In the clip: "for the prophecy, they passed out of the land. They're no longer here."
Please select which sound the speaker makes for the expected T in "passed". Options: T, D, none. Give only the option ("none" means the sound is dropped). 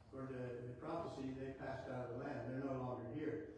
T